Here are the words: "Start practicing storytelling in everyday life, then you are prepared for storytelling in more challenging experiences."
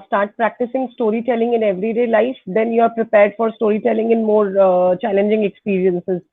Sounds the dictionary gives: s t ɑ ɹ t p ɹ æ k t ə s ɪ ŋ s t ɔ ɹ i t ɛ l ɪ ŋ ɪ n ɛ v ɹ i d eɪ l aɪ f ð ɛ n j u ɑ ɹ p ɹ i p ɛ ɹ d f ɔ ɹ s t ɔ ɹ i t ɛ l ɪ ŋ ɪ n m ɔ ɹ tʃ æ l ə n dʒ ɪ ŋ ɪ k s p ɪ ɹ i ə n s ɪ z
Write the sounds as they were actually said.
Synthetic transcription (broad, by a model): s t ɑ ɹ t p ɹ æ k t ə s ɪ ŋ s t ɔ ɹ i t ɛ l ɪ ŋ ɪ n ɛ v ɹ i d eɪ l aɪ f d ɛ n j u ɑ ɹ p ɹ i p ɛ ɹ d f ɔ ɹ s t ɔ ɹ i t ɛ l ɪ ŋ ɪ n m ɔ ɹ tʃ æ l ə n dʒ ɪ ŋ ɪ k s p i ɹ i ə n s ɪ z